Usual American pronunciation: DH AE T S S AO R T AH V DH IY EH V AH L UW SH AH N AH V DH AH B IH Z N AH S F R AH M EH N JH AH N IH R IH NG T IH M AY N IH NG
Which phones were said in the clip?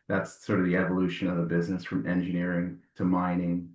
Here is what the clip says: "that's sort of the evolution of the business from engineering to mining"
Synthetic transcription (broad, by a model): DH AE T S S AO R T AH V DH IY EH V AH L UW SH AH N AH V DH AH B IH Z N AH S F R AH M EH N JH AH N IH R IH NG T IH M AY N IH NG